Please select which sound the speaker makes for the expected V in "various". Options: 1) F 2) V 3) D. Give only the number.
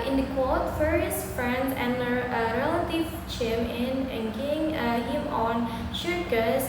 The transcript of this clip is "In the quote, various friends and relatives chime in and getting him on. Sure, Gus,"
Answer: 1